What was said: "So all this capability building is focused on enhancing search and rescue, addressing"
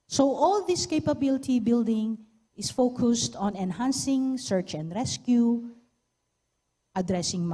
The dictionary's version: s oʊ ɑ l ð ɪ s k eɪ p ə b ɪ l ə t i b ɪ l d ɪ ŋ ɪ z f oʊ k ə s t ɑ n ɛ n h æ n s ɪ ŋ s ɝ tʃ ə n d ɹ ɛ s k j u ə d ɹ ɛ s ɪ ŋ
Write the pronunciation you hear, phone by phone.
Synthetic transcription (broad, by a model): s oʊ ɑ l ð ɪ s k eɪ p ə b ɪ l ə t i b ɪ l d ɪ ŋ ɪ s f oʊ k ə s t ɑ n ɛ n h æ n s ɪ ŋ s ɝ tʃ ə n d ɹ ɛ s k j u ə d ɹ ɛ s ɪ ŋ